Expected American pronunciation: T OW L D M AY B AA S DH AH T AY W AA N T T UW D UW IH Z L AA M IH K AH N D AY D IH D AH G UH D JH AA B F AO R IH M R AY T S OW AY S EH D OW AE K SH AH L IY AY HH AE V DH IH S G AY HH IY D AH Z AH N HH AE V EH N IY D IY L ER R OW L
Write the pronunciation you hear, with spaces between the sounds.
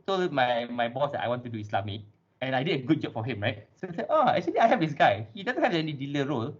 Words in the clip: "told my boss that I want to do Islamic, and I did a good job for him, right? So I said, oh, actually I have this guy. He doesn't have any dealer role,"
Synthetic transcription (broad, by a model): T OW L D M AY B AA S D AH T AY W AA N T T UW D UW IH S L AA M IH K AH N AY D IH D AH G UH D JH AA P F AO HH IH M R AY T S OW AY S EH OW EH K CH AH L IY AY HH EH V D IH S G AY HH IY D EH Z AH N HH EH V EH N IY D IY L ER R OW L